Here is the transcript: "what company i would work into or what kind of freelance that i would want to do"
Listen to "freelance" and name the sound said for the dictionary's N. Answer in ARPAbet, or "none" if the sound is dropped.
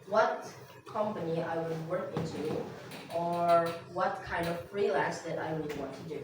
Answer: none